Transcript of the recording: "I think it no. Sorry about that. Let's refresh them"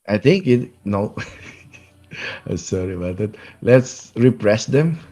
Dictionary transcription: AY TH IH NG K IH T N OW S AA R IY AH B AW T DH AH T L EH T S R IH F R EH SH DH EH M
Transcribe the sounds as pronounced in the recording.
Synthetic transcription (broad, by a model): AY T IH NG K IH T N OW S AA R IY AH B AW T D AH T L EH T S R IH P R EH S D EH M